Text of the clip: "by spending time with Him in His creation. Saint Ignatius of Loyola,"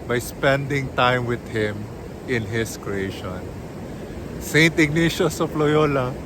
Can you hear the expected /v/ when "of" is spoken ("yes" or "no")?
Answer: no